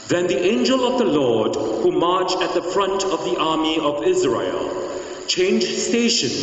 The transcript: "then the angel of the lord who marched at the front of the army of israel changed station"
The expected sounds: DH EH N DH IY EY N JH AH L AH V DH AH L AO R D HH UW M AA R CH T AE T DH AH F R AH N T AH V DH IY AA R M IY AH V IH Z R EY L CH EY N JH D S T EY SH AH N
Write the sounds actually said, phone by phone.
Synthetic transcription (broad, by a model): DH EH N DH IY EY N JH AH L AH V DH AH L AO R D HH UW M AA R CH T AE T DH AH F R AH N T AH V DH IY AA R M IY AH V IH Z R EY L CH EY N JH S T EY SH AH N